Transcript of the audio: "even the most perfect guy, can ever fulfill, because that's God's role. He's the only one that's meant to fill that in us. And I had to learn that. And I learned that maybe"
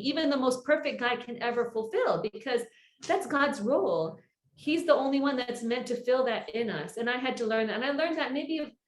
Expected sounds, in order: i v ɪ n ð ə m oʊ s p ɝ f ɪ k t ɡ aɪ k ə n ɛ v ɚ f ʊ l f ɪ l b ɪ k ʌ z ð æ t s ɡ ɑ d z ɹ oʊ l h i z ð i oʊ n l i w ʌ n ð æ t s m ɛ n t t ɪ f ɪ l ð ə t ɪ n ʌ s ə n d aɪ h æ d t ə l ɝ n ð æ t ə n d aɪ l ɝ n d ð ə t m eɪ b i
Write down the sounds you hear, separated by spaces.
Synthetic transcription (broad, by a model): i v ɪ n ð ə m oʊ s p ɝ f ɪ k ɡ aɪ k ə n ɛ v ɚ f l f ɪ l b ɪ k ʌ z ð æ t s ɡ ɑ d z ɹ oʊ l h i z ð i oʊ n l i w ʌ n ð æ t s m ɛ n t t ɪ f ɪ l ð ə t ɪ n ʌ s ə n aɪ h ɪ d t ə l ɝ n ð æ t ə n aɪ l ɝ n ð ə t m eɪ b i